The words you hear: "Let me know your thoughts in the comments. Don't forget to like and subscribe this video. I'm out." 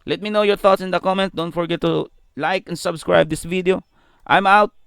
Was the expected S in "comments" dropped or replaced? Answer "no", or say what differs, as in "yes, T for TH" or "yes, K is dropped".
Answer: yes, S is dropped